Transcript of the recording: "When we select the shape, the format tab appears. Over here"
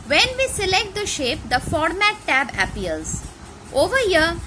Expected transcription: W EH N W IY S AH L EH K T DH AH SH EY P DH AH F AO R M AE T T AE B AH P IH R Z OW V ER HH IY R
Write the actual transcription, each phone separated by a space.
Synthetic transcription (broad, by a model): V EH N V IY S AH L EH K T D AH SH EY P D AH F AO R M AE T T AE B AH P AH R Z OW V ER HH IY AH